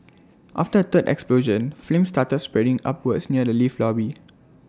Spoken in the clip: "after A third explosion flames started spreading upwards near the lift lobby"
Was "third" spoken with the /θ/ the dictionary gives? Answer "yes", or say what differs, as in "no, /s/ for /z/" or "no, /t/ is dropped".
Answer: no, /t/ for /θ/